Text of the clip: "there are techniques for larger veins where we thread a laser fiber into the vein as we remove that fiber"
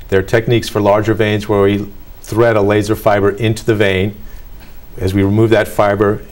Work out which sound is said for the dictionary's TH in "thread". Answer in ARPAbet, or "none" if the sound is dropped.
TH